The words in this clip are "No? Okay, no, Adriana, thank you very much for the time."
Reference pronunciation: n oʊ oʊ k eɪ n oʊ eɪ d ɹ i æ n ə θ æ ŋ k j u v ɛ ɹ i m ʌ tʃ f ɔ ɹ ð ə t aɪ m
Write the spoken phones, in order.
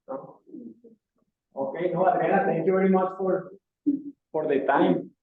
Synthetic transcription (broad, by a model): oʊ oʊ k eɪ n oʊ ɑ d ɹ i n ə t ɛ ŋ k j u v ɛ ɹ i m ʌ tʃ f ɔ ɹ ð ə t aɪ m